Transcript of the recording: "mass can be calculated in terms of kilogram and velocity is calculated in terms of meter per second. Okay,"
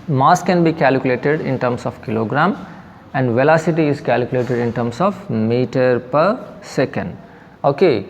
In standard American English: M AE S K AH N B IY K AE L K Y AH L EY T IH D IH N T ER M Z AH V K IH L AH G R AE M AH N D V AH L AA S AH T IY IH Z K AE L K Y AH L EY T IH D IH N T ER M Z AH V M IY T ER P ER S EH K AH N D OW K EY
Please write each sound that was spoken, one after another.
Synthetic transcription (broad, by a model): M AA S K AH N B IY K AE L K Y AH L EY T IH D IH N T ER M S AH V K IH L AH G R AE M AH N D V AH L AA S AH T IY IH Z K AE L K Y AH L EY T IH D IH N T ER M S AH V M IY T ER P ER S EH K AH N D OW K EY